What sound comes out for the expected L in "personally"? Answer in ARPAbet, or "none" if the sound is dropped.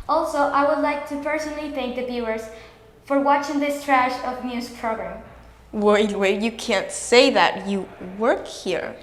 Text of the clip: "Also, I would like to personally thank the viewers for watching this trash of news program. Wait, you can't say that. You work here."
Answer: L